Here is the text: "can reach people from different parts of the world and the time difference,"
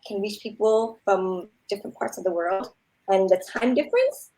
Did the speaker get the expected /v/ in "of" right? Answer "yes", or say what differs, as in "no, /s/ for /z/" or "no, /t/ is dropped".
yes